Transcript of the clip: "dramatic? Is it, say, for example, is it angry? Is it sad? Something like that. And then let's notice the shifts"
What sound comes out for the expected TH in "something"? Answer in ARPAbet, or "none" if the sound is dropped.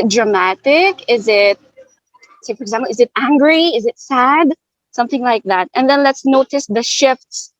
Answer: TH